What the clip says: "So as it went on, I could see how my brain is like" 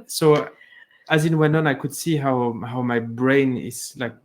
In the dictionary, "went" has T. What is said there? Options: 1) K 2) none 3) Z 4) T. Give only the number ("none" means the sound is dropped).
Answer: 2